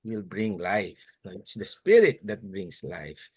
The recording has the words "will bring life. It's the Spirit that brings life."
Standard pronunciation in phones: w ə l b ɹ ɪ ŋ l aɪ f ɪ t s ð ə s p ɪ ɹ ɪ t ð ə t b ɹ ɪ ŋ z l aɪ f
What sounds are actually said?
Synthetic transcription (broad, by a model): w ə l b ɹ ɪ ŋ l aɪ f ɪ t s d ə s p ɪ ɹ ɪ t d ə t b ɹ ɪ ŋ s l aɪ f